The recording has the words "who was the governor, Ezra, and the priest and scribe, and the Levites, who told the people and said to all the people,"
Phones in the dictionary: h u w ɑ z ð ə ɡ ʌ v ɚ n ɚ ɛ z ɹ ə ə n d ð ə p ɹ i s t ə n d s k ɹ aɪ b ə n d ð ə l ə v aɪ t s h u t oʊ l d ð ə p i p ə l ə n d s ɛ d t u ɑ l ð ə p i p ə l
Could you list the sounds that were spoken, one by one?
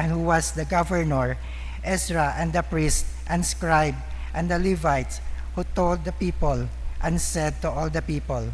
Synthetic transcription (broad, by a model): h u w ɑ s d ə ɡ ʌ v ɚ n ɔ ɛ s ɹ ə ə n d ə p ɹ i s t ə n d s k ɹ aɪ b ə n d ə l ə v aɪ t s h u t oʊ l d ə p i p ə l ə n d s ɛ d t u ɑ l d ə p i p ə l